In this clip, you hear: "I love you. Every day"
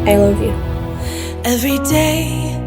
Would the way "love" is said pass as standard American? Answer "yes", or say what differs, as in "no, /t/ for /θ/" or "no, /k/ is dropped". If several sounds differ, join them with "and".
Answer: yes